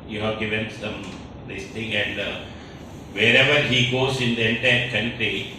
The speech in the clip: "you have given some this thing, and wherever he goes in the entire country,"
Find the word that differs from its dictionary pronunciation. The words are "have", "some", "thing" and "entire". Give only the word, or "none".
thing